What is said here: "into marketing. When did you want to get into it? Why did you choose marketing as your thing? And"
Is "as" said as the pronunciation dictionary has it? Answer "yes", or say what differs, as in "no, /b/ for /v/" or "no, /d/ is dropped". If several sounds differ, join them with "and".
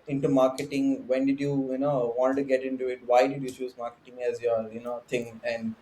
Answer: yes